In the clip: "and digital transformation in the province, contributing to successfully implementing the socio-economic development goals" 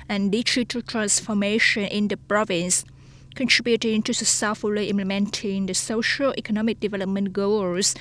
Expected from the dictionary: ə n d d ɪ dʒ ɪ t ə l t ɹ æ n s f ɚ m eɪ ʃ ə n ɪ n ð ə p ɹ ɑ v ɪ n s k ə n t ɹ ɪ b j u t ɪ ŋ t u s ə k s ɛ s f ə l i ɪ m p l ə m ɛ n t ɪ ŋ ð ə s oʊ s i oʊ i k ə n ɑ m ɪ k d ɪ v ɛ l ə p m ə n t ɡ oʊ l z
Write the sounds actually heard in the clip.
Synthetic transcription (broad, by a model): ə n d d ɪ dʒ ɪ t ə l t ɹ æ n s f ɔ m eɪ ʃ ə n ɪ n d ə p ɹ ɑ v ɪ n s k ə n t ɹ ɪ b j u t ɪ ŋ t u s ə s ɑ f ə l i ɪ m p l ə m ɛ n t ɪ ŋ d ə s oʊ ʃ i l i k ə n ɑ m ɪ k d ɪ v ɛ l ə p m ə n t ɡ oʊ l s